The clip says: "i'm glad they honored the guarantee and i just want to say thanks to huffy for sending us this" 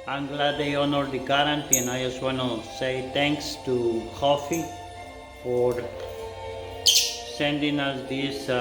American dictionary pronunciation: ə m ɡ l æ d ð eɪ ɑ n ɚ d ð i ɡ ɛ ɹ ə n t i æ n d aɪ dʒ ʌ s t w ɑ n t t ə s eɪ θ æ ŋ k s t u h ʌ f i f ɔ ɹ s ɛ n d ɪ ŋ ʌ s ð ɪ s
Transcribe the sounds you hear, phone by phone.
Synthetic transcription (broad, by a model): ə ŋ ɡ l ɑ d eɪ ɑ n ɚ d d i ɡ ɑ ɹ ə n t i n aɪ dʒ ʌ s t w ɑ n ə s eɪ t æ ŋ k s t u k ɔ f i f ɔ ɹ s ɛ n d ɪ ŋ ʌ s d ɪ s